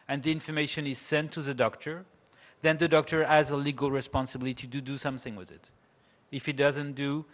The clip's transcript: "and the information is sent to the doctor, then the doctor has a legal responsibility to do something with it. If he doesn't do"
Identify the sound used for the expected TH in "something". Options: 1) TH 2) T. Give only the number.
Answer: 1